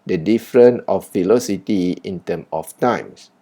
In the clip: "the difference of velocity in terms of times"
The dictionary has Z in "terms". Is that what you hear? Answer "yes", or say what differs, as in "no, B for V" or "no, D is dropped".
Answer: no, Z is dropped